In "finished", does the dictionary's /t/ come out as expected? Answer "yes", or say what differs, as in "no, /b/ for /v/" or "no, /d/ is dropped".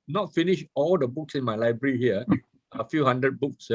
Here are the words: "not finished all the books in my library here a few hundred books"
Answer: no, /t/ is dropped